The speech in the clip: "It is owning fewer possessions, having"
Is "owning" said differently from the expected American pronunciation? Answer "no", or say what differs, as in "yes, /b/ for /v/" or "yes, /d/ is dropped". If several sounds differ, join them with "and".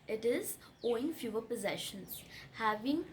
yes, /n/ is dropped